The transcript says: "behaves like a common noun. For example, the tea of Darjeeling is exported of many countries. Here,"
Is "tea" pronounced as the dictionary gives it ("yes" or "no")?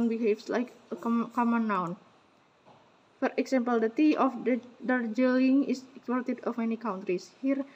yes